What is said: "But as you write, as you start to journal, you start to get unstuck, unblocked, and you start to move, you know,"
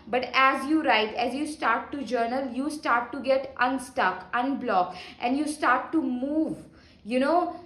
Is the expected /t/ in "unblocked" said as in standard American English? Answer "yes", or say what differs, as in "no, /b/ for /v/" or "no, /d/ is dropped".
yes